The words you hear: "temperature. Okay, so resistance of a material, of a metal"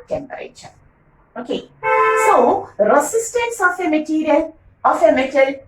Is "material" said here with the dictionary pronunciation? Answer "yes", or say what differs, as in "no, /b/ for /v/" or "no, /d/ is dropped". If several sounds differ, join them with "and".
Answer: no, /n/ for /l/